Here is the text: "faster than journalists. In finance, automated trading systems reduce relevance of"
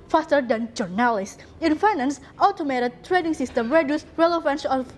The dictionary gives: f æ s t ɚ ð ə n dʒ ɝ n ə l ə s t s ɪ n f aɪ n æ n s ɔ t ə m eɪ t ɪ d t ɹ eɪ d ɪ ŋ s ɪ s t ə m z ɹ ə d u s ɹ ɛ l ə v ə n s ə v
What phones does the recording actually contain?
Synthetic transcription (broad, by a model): f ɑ s t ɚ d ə n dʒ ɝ n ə l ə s s ɪ n f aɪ n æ n s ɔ t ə m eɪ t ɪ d t ɹ eɪ d ɪ ŋ s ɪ s t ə m ɹ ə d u s ɹ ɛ l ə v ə n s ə